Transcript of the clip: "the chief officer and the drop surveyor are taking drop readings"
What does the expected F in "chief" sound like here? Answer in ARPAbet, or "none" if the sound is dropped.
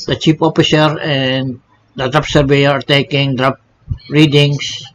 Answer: P